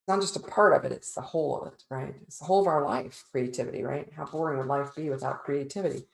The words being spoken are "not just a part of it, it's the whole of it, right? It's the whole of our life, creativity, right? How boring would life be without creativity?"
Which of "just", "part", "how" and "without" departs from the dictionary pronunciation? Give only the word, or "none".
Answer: none